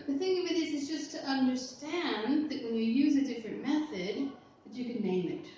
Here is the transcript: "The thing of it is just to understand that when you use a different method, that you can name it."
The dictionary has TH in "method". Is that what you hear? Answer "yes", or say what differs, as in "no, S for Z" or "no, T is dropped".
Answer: yes